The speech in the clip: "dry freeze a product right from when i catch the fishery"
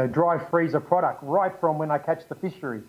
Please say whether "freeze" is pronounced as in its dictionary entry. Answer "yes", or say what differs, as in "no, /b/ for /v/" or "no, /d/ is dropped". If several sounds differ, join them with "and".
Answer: yes